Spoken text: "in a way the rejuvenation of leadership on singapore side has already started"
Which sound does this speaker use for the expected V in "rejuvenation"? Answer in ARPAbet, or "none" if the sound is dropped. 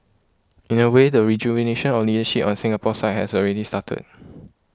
B